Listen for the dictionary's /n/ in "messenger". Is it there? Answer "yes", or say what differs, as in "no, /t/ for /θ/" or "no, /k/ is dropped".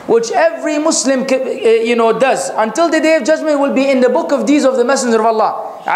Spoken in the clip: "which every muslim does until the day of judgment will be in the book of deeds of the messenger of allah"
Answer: yes